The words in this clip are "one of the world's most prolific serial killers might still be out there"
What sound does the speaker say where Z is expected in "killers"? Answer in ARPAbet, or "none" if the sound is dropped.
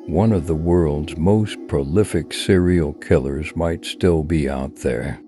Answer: Z